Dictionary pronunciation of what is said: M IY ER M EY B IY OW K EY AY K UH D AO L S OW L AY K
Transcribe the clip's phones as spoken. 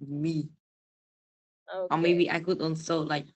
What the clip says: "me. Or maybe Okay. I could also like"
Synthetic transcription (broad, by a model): M IY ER M EY B IY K AY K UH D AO N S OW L AY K